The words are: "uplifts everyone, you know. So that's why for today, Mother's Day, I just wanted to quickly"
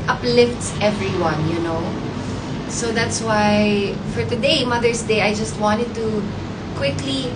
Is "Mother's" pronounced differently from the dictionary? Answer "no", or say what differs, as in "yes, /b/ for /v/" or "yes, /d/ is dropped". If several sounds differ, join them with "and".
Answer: yes, /s/ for /z/